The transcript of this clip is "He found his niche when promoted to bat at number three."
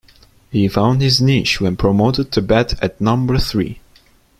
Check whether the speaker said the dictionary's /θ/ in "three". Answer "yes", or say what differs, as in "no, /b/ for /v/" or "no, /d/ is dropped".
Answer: yes